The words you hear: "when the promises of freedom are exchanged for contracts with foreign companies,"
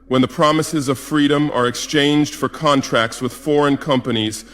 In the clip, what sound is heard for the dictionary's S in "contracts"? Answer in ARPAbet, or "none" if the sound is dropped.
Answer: S